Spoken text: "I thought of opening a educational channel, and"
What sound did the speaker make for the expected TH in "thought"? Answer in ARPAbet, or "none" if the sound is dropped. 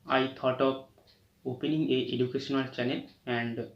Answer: T